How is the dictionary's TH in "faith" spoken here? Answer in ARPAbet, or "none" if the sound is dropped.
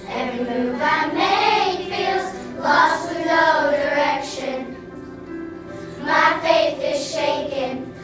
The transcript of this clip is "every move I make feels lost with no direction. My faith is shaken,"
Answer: TH